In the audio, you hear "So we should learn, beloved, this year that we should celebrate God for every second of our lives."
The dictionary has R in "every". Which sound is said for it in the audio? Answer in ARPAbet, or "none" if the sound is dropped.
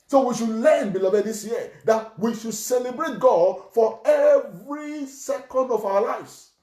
R